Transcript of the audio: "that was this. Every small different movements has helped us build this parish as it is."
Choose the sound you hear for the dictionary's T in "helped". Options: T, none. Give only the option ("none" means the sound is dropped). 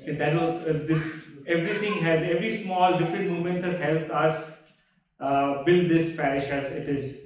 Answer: T